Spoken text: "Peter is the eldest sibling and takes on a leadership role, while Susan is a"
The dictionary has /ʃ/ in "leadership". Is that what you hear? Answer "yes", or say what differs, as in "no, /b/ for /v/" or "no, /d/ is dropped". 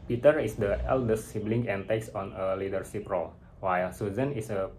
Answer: no, /s/ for /ʃ/